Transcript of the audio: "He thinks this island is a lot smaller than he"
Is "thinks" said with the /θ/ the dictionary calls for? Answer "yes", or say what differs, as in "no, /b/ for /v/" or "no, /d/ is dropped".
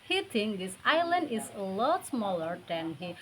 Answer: no, /t/ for /θ/